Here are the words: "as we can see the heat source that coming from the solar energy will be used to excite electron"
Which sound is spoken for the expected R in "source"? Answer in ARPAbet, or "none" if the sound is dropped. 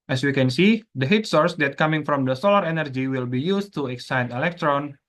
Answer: R